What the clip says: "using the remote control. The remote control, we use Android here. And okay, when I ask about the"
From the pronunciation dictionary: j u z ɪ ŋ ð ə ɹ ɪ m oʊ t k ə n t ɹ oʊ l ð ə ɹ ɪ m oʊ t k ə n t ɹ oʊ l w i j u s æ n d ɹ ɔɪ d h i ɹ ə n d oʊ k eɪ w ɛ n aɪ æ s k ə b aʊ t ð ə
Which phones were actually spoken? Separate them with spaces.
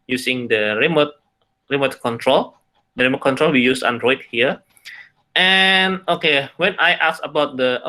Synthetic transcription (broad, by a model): j u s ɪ ŋ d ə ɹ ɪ m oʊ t k ə n t ɹ oʊ l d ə ɹ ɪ m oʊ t k ə n t ɹ oʊ l w i j u s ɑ n d ɹ ɔɪ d h i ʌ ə n oʊ k eɪ w ɛ n aɪ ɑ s ə b aʊ t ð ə